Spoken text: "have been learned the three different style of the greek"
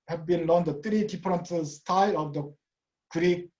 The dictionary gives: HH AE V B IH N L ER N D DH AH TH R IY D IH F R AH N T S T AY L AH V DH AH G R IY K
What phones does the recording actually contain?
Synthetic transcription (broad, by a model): HH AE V B IH N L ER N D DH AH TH R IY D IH P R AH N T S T AY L AH V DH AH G R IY K